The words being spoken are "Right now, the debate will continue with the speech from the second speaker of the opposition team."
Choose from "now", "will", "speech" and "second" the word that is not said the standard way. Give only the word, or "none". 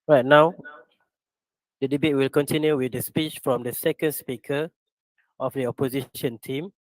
none